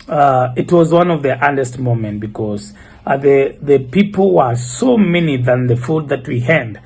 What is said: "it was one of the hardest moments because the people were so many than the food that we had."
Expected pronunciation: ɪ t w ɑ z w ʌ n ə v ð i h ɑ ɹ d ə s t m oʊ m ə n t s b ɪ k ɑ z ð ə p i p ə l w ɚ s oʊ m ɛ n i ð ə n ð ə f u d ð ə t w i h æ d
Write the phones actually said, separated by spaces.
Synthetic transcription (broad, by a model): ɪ t w ɑ z w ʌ n ə v ð i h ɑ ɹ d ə s t m oʊ m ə n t b ɪ k ɑ z ð ə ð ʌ p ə l w ɚ s oʊ m ɛ n i ð ə n ð ə f u d ð ə t w i h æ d